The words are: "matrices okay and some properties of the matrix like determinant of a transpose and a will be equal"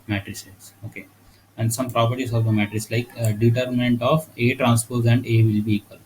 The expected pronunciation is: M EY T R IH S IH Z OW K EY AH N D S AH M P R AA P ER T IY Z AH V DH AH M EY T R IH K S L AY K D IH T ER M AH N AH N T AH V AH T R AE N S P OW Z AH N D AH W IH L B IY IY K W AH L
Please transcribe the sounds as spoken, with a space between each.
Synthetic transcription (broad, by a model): M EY T R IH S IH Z OW K EY AH N D S AH M P R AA P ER T IY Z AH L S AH M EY T R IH S L AY K D IH T ER M AH N AH N T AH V AH T R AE N S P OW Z AH N D AH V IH L B IY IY K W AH L